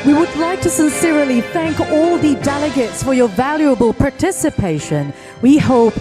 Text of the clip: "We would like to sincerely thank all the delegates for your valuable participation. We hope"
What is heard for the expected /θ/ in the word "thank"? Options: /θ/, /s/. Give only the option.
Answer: /θ/